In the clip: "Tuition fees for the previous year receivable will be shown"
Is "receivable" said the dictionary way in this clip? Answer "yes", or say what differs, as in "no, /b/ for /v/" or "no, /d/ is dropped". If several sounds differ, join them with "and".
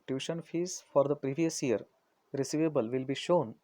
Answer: yes